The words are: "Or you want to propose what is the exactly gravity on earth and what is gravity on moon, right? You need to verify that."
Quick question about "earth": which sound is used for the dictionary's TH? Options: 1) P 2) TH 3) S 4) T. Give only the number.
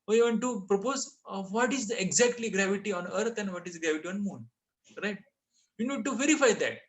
4